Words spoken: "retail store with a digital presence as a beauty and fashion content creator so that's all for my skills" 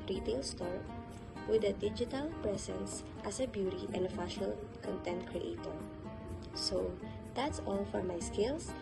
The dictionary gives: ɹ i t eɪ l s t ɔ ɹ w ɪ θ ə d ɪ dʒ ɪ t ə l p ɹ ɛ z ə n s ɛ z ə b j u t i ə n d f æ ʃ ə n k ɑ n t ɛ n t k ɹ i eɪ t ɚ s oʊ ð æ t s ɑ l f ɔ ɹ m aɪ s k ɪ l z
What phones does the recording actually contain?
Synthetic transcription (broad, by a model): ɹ i t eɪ l s t ɔ ɹ w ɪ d ə d ɪ dʒ ɪ t ə l p ɹ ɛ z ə n s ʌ s ə b j u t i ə n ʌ f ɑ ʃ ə l k ɑ n t ɛ n t k ɹ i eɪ t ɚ s oʊ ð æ t s ɑ l f ɔ ɹ m aɪ s k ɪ l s